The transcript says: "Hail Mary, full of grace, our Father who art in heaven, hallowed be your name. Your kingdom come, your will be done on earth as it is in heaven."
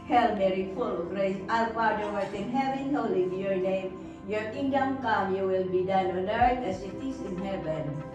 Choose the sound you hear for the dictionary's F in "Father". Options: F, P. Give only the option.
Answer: P